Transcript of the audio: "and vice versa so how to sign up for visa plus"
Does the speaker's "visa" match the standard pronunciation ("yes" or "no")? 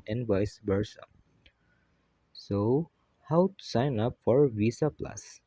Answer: no